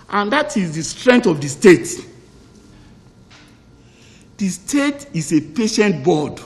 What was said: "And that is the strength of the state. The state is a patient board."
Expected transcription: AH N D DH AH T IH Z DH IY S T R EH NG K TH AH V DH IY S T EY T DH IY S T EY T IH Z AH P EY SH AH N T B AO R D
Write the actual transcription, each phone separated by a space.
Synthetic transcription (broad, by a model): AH N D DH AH T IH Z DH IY S T R EH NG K T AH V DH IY S T EY T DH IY S T EY T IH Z AH P EY SH AH N T B AO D